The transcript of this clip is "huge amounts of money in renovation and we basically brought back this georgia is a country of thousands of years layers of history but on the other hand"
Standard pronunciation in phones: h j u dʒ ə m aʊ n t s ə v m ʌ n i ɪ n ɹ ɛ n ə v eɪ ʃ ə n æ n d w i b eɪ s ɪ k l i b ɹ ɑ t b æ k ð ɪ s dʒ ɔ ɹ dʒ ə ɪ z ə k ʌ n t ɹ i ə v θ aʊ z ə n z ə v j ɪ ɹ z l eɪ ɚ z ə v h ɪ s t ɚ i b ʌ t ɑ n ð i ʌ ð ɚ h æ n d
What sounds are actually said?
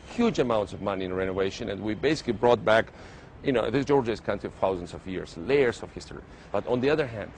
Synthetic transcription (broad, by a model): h j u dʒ ə m aʊ n t s ə v m ʌ n i ɪ n ɹ ɛ n ə v eɪ ʃ ə n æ n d w i b eɪ s ɪ k l i b ɹ ɑ t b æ k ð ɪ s dʒ ɔ ɹ dʒ ə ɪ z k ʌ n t i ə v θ aʊ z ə n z ə v j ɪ ɹ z l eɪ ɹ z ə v h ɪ s t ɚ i b ʌ t ɑ n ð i ʌ ð ɚ h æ n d